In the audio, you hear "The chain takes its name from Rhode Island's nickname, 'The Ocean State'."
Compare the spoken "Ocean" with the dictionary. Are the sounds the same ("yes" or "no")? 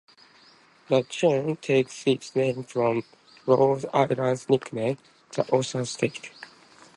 no